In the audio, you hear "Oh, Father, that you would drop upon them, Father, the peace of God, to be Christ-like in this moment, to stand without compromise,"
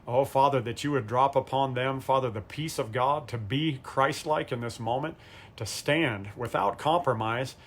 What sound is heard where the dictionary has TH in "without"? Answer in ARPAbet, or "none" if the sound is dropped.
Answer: TH